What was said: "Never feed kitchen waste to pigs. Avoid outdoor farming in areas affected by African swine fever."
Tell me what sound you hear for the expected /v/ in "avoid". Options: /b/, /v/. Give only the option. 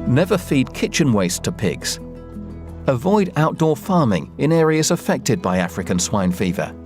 /v/